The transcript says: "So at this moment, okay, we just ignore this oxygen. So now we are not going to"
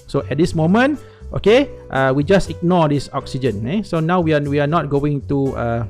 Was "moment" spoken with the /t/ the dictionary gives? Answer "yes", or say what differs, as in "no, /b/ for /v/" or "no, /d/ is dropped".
yes